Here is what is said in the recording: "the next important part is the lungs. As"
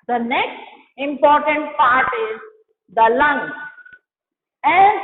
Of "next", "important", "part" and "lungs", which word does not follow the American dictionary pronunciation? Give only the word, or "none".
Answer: lungs